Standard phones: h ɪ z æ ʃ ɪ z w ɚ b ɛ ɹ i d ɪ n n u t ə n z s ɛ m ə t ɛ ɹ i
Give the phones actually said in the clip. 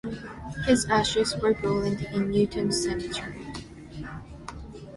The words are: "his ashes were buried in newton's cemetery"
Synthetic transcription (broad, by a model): h ɪ z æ ʃ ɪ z w ɚ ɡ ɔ l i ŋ ɪ n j u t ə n s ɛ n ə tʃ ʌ ɹ i